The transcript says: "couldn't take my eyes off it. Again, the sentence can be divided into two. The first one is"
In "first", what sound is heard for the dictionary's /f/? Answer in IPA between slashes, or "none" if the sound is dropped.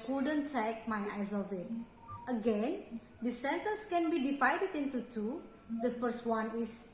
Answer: /f/